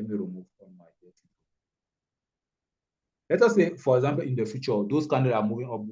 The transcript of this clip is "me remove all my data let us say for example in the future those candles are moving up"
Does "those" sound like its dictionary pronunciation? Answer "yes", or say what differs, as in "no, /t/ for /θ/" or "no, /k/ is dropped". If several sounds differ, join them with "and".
no, /s/ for /z/